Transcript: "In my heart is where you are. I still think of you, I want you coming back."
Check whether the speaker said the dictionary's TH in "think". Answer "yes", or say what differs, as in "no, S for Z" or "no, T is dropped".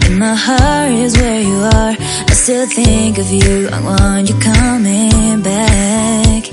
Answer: yes